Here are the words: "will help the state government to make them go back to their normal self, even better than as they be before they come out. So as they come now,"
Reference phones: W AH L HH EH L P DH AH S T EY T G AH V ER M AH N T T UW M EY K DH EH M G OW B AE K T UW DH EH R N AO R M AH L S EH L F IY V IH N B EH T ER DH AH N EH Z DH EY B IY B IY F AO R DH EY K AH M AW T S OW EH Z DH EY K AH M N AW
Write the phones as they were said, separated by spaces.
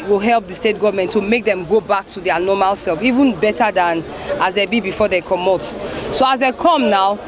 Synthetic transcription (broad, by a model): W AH L HH EH L P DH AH S T EY T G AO V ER M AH N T T UW M EY K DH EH M G OW B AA K T UW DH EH N AO M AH L S EH L F IY V IH N B EH T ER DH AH N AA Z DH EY B IY B IY F AO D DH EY K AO M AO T S OW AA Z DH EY K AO M N AW